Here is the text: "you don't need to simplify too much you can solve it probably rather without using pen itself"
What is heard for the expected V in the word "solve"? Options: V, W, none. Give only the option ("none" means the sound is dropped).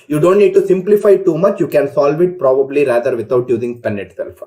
V